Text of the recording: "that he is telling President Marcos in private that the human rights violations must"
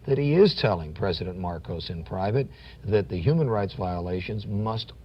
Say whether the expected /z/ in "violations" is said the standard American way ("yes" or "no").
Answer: yes